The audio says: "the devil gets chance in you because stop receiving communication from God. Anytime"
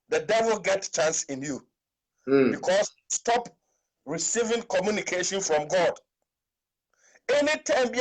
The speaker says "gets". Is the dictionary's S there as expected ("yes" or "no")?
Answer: no